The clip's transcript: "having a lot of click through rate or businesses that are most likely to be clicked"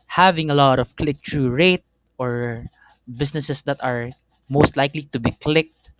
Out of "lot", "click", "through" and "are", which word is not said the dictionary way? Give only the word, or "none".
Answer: through